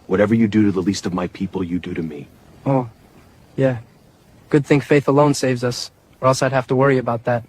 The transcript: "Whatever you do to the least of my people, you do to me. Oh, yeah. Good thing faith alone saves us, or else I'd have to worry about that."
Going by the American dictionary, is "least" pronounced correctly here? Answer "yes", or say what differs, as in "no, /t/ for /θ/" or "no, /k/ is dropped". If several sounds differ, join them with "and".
yes